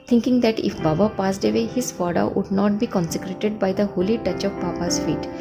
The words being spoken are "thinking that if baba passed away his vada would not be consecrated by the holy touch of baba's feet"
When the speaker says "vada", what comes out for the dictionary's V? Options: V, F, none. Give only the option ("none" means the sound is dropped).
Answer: F